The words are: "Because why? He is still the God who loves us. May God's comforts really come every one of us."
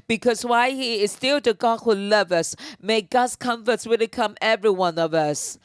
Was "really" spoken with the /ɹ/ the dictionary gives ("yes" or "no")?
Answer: no